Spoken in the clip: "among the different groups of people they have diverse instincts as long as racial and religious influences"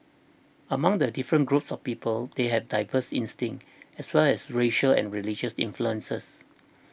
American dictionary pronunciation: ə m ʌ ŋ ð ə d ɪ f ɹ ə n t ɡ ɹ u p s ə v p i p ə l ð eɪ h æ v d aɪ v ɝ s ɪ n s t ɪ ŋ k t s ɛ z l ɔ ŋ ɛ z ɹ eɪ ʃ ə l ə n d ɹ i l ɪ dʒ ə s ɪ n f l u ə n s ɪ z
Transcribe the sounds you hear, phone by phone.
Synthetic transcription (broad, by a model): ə m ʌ ŋ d ə d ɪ f ɹ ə n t ɡ ɹ u p s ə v p i p ə l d eɪ h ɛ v d aɪ v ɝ s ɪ n s t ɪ ŋ t ɛ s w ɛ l ɛ s ɹ eɪ ʃ ə l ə n ɹ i l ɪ dʒ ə s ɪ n f l u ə n s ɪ s